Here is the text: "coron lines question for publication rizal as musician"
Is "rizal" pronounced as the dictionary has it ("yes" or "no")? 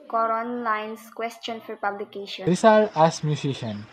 no